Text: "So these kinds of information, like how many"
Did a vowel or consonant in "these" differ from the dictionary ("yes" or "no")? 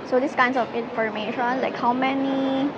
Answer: yes